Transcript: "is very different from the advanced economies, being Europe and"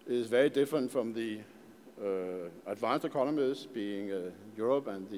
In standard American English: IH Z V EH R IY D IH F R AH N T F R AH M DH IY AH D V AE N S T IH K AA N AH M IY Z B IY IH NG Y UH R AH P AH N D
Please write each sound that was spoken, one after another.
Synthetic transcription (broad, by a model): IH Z V EH R IY D IH F R AH N T F R AH M DH IY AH D V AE N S IH K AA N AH M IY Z B IY IH NG Y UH R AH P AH N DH